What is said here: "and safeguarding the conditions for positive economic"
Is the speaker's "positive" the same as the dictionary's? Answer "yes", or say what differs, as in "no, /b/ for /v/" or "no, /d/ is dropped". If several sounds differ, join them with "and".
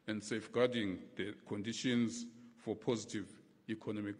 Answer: yes